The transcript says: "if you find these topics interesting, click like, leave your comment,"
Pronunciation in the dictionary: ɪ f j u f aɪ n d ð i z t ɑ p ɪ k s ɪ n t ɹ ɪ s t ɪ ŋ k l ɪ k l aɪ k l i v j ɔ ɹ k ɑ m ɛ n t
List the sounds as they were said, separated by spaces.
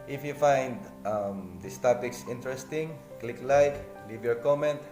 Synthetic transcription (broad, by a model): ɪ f j u f aɪ n d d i s t ɑ p ɪ k s ɪ n t ɹ ɪ s t ɪ ŋ k l ɪ k l aɪ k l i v j ɔ ɹ k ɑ m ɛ n t